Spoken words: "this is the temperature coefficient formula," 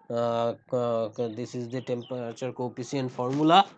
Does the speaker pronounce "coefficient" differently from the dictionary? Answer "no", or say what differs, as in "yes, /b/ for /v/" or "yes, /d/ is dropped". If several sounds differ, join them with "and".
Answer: yes, /ʃ/ is dropped